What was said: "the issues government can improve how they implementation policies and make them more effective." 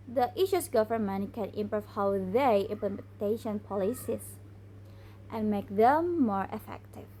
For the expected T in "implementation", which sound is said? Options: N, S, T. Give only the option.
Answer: T